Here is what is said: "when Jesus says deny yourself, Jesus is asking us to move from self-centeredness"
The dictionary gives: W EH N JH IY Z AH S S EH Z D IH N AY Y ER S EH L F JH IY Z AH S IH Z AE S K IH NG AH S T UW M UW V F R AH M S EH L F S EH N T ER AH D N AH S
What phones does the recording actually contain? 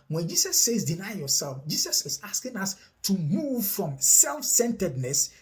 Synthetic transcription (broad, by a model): W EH N JH IY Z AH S S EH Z D IH N AY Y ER S EH L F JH IY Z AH S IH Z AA S K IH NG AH S T UW M UW V F R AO M S EH L F S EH N T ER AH D N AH S